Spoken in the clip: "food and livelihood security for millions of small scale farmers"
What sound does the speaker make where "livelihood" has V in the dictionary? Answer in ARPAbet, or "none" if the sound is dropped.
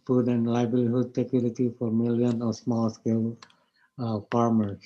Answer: B